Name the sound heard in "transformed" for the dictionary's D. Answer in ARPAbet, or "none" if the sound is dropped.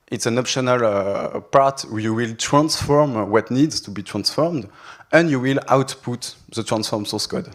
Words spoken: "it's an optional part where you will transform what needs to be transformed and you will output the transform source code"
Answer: D